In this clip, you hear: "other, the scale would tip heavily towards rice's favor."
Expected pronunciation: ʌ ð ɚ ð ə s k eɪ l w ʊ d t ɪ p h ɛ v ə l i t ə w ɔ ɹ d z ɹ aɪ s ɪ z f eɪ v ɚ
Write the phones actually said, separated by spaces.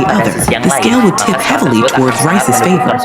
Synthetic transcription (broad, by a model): ʌ ð ɚ ð ə s k eɪ l w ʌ d t ɪ p h ɛ v l i t ə w ɔ ɹ d z ɹ aɪ s ɪ z f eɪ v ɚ